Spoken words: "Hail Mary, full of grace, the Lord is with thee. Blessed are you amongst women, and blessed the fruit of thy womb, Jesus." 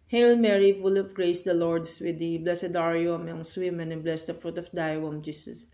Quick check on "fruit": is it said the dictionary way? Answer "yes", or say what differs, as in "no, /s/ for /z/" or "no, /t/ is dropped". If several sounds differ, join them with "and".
yes